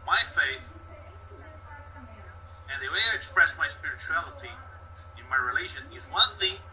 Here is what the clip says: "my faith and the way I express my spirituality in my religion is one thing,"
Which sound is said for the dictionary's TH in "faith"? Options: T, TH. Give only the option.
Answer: TH